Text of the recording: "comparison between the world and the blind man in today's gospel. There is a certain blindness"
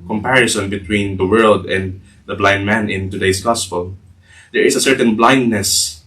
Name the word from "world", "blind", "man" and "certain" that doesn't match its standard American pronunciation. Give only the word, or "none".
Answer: none